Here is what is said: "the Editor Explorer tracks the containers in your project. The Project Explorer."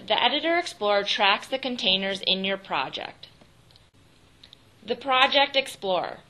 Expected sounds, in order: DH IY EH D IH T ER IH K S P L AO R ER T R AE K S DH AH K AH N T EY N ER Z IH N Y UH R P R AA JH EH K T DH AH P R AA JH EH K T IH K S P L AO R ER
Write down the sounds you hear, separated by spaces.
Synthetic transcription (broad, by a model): DH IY EH D IH T ER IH K S P L AO R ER T R AE K S DH AH K AH N T EY N ER Z IH N Y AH R P R AA JH EH K T DH AH P R AA JH EH K T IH K S P L AO R